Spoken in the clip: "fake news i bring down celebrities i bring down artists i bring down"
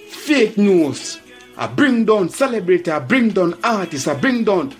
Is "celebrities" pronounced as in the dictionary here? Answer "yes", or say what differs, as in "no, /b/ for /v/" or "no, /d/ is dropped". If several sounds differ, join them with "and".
no, /z/ is dropped